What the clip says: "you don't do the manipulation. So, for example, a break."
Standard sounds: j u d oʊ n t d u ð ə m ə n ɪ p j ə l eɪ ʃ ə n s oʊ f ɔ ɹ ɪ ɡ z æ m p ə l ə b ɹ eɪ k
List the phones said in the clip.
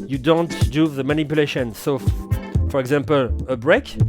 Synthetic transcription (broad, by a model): j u d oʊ n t d u ð ə m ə n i p j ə l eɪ ʃ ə n s oʊ f ɔ ɹ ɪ ɡ z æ m p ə l ə b ɹ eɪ k